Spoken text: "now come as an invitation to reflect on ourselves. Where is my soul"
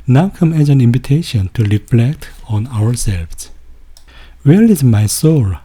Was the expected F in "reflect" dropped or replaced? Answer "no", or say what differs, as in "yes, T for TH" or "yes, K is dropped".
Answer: no